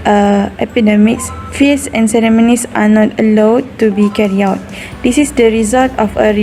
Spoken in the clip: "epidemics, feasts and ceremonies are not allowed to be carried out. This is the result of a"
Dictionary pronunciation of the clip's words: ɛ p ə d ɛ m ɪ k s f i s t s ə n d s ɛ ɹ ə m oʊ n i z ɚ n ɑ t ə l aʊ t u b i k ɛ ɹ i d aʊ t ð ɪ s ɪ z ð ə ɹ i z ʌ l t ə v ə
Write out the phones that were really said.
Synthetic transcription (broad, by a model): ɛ p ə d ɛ m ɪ k s f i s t s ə n s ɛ ɹ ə m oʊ n i s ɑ n ɑ t ə l aʊ t u b i k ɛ ɹ i aʊ t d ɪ s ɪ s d ə ɹ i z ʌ l t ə f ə